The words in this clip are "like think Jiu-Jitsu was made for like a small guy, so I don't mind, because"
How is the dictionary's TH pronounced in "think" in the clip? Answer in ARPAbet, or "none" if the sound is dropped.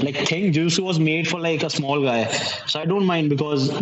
T